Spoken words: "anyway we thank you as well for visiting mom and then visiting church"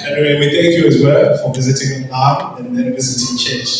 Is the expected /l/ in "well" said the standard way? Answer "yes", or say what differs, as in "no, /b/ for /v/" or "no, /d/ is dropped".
yes